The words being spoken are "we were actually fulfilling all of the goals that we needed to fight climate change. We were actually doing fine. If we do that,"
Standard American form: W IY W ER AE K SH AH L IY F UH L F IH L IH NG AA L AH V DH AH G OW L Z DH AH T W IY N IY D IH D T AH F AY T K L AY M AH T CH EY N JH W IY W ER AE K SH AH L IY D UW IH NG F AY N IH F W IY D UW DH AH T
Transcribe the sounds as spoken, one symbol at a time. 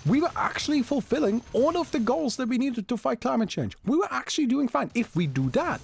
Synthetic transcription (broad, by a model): W IY W ER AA K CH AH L IY F UH L F IH L IH NG AA L AH V DH AH G OW L Z DH AH T W IY N IY D IH D T AH F AY T K L AY M AH T CH EY N JH W IY W ER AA K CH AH L IY D UW IH NG F AY N IH F W IY D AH DH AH T